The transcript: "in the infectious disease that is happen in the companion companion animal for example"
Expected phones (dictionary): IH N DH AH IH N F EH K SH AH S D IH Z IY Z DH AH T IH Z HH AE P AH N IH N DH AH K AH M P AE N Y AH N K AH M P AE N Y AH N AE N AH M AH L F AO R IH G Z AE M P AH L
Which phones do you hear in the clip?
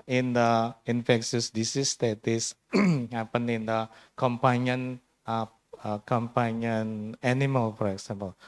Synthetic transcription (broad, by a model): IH N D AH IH N F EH K S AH S D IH S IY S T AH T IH S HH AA P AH N IH N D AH K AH M P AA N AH N K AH M P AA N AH N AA N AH M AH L F AO R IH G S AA M P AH L